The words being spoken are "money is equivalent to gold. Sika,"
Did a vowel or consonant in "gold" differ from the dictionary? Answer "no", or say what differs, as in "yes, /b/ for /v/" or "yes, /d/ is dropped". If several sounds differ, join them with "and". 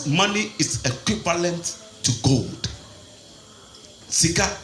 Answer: no